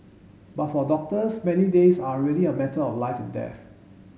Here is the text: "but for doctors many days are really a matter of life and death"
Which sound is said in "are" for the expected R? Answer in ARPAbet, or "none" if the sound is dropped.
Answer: L